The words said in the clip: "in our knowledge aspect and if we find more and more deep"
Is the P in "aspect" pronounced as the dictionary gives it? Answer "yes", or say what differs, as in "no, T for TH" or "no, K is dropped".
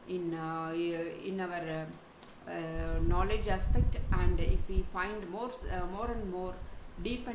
yes